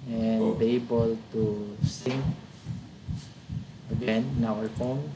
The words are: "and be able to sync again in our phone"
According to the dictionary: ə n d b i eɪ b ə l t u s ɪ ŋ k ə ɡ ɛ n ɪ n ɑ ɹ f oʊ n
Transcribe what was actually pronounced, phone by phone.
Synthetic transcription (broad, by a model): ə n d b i eɪ b ə l t u s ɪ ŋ ə ɡ ɛ n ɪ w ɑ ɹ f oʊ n